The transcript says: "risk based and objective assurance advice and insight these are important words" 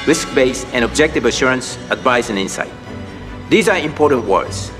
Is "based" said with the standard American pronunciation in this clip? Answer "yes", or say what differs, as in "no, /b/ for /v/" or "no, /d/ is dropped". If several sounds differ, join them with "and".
no, /t/ is dropped